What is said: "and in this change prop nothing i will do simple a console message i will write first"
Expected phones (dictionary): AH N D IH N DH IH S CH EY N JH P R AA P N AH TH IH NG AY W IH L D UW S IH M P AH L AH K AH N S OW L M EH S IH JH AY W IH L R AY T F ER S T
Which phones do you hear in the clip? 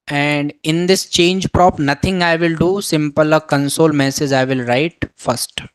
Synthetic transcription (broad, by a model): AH N D IH N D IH S CH EY N JH P R AA P N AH T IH NG AY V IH L D UW S IH M P AH L AH K AH N S OW L M EH S IH JH AY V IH L R AY T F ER S T